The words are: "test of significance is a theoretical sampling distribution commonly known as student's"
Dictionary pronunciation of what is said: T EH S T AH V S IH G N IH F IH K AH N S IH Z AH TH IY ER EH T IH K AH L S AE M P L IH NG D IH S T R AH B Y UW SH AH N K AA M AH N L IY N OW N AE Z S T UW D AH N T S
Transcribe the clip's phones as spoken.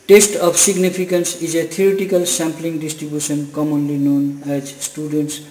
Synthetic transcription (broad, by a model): T EH S T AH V S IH G N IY P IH K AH N S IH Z AH T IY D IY T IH K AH L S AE M P L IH NG D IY S T R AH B Y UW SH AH N K AA M AH N L IY N OW N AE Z S T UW D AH N T S